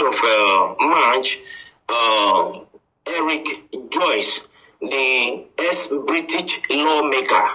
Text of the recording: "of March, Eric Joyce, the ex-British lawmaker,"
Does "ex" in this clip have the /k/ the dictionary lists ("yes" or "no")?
no